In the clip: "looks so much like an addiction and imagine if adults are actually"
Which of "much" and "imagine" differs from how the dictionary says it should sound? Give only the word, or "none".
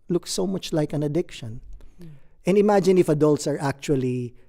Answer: none